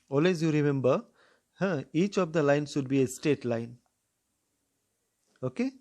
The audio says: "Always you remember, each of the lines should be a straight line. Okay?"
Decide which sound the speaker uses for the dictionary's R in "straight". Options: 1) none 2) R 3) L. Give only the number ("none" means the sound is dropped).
1